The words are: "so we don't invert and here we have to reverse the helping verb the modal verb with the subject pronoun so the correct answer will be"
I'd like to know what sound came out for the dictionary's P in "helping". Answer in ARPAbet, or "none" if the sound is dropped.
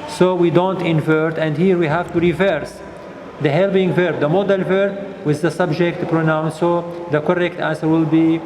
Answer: B